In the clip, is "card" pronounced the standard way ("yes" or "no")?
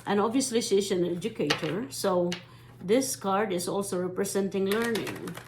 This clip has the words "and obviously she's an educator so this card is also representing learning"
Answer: yes